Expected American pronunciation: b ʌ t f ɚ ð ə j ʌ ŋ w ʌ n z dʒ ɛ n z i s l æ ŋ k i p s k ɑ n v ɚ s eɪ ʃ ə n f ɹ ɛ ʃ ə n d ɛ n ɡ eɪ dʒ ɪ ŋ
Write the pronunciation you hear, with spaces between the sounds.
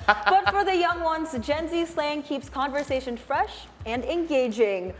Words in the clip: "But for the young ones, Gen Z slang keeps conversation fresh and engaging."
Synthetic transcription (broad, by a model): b ʌ t f ɚ ð ə j ʌ ŋ w ʌ n z dʒ ɛ n z i s l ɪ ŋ k i p s k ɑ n v ɚ s eɪ ʃ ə n f ɹ ɛ ʃ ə n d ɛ n ɡ eɪ dʒ ɪ ŋ